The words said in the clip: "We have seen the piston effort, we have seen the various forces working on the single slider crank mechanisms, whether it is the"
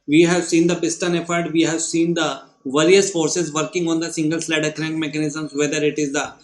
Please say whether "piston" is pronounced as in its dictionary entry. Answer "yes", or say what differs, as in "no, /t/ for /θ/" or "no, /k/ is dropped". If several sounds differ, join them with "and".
no, /b/ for /p/